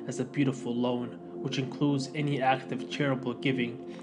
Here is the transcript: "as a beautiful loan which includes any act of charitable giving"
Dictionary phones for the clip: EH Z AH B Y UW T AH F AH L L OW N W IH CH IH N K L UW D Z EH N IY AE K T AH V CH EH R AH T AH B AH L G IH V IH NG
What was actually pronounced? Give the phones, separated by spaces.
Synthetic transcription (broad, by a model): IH Z AH B Y UW T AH F L L OW N W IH CH IH N K L UW D Z EH N IY AE K T AH V CH EH R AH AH B L G IH V IH NG